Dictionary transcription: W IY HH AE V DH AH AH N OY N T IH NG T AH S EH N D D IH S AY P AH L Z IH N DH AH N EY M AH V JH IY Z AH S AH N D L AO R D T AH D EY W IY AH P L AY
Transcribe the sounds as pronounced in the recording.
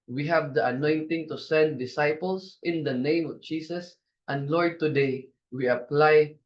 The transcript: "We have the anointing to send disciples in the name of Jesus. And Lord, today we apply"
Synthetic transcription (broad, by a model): W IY HH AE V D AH AH N OY N T IH NG T AH S EH N D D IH S AY P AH L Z IH N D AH N EY M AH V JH IY S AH S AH N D L AO R D T AH D EY W IY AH P L AY